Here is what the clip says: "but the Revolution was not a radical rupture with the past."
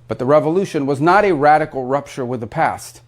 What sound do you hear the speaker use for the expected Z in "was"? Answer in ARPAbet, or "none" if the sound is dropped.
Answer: Z